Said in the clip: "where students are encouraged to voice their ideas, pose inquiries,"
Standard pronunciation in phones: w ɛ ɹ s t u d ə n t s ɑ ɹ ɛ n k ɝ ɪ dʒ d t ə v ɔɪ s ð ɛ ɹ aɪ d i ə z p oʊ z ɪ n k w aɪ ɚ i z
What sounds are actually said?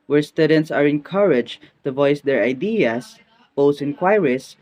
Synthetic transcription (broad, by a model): w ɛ ɹ s t u d ə n t s ɑ ɹ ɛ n k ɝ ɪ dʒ t ə v ɔɪ s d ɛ ɹ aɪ d i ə s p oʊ s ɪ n k w aɪ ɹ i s